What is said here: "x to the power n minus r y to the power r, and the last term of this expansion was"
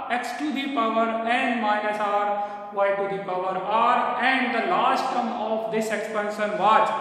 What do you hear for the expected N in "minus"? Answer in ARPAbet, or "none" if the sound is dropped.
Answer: none